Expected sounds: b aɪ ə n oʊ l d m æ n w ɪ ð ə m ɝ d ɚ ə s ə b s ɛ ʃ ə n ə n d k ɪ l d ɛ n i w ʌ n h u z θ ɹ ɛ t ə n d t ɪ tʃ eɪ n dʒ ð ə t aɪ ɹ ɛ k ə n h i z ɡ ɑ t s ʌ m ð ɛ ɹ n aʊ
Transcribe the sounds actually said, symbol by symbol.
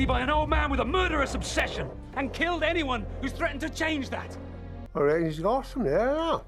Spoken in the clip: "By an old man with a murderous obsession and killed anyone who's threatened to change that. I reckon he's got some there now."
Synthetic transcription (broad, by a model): b aɪ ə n oʊ l d m æ n w ɪ ð ə m ɝ d ɚ ə s ə b s ɛ ʃ ə n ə n k ɪ l d ɛ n i w ʌ n h u z θ ɹ ɛ t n t ɪ tʃ eɪ n dʒ ð ə t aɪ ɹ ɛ ə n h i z ɡ ɑ t s ʌ m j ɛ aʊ